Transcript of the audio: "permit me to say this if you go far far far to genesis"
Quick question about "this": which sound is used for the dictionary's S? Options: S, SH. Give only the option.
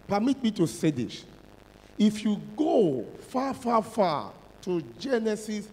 SH